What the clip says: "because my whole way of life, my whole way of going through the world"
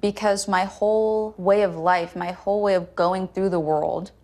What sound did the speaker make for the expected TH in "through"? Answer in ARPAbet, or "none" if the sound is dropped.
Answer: TH